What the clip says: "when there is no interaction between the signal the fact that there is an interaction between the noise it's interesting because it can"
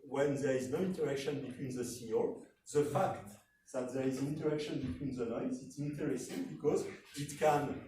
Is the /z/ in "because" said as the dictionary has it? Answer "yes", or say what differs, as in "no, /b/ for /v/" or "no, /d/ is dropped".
yes